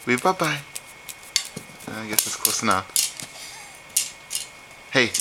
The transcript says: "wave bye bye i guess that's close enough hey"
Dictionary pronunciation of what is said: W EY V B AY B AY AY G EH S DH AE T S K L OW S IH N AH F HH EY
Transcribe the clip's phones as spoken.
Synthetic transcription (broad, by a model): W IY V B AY B AY AY G EH S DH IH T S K OW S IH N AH P HH EY